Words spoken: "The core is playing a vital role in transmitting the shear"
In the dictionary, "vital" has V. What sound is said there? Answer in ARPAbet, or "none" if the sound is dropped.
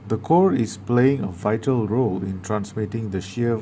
V